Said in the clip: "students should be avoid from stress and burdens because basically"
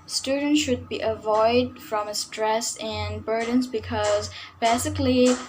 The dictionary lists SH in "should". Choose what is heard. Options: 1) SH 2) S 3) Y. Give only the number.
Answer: 1